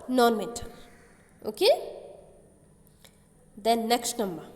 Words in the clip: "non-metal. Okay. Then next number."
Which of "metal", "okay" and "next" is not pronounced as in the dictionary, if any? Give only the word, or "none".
metal